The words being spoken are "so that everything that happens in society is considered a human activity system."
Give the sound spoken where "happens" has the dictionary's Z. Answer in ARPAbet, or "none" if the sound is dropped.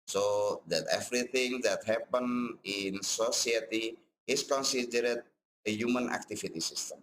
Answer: none